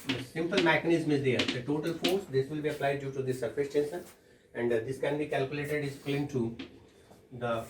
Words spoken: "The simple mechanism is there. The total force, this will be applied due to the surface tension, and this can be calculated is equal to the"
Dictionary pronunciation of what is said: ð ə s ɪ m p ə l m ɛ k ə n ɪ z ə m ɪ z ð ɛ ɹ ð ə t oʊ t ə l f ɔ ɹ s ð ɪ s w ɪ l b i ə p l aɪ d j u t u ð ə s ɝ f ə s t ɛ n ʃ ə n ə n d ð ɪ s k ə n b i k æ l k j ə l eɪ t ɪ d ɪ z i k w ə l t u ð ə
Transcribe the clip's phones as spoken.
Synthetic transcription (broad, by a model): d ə s ɪ m p ə l m ɛ k ə n ɪ z ə m ɪ z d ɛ ɹ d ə t oʊ t ə l f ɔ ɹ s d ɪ s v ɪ l b i ə p l aɪ d j u t u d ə s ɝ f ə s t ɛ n s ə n ə n d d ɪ s k ə n b i k æ l k j ə l eɪ t ɪ d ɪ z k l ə n t u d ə